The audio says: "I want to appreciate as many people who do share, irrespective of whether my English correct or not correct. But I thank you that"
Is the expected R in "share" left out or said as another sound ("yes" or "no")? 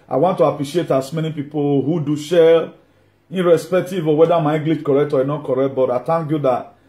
yes